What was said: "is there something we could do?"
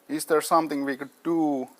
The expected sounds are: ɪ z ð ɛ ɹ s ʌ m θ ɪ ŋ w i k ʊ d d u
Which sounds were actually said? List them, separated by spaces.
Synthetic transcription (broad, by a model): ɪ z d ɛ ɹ s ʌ m t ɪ ŋ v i k ʊ d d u